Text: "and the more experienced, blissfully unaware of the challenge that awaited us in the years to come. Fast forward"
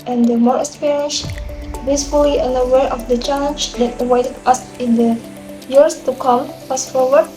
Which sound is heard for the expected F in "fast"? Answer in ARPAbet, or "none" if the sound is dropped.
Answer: P